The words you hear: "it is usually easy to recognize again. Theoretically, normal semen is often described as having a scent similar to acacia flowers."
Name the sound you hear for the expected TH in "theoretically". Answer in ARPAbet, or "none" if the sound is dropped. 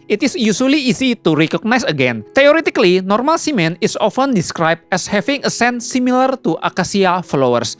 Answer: T